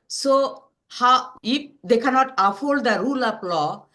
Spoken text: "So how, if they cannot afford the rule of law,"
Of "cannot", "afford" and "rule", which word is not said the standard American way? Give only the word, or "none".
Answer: afford